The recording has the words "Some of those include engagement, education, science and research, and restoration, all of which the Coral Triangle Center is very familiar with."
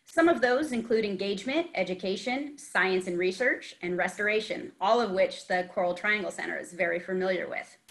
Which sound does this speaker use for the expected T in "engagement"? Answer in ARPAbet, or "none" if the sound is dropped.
T